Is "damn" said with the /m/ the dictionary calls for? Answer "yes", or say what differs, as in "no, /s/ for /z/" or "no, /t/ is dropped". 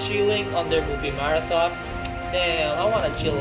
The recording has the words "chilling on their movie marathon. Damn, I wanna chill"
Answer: no, /m/ is dropped